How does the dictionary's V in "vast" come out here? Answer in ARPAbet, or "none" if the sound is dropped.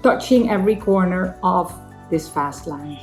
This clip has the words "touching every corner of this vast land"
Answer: F